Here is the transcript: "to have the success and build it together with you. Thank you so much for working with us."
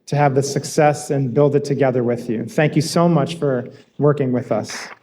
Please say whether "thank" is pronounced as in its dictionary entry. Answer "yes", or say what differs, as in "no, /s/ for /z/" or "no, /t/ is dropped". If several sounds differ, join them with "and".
yes